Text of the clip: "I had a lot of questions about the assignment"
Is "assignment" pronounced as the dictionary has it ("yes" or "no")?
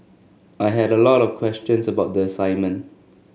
yes